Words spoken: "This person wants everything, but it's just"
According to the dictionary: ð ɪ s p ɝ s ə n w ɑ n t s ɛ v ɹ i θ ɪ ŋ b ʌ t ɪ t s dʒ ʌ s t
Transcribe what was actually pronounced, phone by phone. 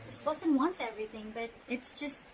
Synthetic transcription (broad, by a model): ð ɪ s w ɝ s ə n w ɑ n t s ɛ v ɹ i θ ɪ ŋ b ʌ t ɪ t s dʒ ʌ s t